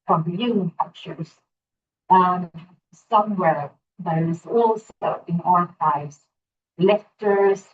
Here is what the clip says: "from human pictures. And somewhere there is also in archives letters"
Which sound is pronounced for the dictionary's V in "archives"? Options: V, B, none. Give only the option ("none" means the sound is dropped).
none